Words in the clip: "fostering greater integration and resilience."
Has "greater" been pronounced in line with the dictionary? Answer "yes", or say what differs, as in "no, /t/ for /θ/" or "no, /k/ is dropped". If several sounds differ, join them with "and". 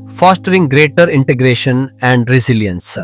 yes